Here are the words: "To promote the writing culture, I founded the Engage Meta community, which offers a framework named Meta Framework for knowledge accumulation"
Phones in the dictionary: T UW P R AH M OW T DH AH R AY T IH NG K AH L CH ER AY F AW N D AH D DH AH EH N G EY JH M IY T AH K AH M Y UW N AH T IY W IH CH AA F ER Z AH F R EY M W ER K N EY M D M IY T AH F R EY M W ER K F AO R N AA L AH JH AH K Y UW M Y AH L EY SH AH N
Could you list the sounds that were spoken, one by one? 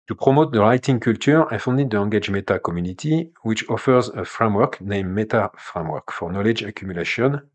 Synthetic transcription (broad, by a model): T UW P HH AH M OW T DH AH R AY T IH NG K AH L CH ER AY F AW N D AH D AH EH G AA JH M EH T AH K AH M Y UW N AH T IY W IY CH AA F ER Z AH F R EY M W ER K N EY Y M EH T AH F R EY M W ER K F AO R N AA L AH JH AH K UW M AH L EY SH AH N